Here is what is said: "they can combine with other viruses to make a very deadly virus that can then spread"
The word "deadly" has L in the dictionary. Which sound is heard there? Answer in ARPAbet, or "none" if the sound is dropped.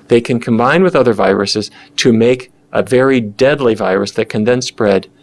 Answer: L